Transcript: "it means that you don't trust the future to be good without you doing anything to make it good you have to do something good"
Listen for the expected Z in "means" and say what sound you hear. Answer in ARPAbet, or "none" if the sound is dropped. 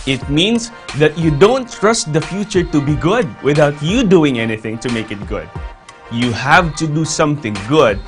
S